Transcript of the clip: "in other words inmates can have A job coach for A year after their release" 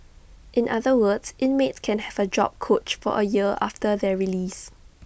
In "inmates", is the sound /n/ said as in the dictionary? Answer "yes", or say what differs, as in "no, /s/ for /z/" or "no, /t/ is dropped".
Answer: yes